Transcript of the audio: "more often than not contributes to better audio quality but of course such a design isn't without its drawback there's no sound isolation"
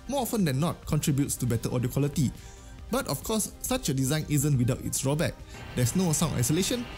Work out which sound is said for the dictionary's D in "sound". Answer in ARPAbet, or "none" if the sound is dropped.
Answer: none